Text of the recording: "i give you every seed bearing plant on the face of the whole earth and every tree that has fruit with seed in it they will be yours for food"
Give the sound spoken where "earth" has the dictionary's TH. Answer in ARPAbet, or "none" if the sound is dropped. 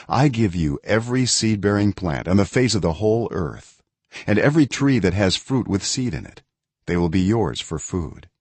TH